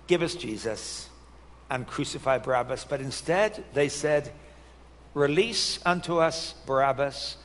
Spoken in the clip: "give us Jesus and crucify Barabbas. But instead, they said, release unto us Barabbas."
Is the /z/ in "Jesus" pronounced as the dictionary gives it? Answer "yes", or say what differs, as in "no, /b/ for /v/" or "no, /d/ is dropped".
yes